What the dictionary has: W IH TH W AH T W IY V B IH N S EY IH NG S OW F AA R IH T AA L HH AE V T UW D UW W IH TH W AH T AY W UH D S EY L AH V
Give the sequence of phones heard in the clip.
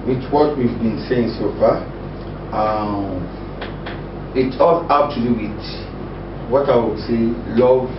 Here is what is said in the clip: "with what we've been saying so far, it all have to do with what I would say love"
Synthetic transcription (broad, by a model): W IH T W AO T W IY V B IH N S EY IH NG S OW F AA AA IH T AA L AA P T UW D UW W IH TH W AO T AY W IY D S EY L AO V